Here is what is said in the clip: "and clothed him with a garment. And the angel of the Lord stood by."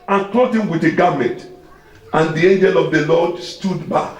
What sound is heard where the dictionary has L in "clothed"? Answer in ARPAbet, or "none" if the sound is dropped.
none